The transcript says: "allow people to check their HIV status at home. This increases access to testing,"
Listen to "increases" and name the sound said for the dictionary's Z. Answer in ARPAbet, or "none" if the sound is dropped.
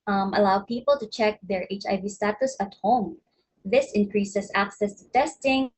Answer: S